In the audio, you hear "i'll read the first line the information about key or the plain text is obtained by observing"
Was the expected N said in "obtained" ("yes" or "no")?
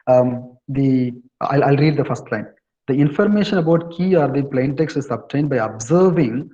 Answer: yes